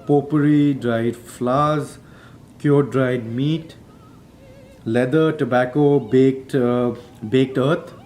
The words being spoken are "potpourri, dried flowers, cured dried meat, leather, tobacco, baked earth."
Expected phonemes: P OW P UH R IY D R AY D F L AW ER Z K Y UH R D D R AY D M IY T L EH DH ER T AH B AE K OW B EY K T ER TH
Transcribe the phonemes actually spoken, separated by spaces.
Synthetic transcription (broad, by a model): P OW P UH R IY D R AY D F L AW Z K Y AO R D D R AY D M IY T L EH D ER T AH B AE K OW B EY K T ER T